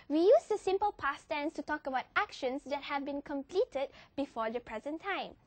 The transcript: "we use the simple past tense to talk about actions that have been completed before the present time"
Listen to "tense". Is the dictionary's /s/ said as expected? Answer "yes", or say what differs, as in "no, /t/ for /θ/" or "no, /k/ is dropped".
yes